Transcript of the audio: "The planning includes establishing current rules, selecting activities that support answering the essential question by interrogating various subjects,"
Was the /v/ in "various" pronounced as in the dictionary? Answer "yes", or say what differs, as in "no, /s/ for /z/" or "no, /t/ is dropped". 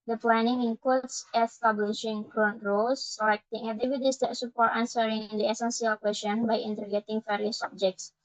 no, /f/ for /v/